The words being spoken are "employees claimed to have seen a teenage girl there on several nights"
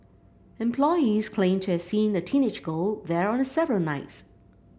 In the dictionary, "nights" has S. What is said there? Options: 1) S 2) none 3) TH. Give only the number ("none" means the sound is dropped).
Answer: 1